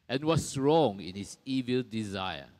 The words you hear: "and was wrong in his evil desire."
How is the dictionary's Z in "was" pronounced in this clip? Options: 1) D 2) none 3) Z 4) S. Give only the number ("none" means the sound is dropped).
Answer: 4